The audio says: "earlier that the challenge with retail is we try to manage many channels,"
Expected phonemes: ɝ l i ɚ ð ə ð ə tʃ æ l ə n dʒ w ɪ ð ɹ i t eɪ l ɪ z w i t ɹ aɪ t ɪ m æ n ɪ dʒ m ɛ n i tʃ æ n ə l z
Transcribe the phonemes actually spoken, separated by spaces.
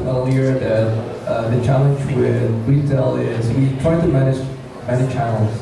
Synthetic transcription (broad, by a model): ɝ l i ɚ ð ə ð ə tʃ æ l ə n dʒ w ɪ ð w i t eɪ l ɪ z w i t ɹ aɪ t ɪ m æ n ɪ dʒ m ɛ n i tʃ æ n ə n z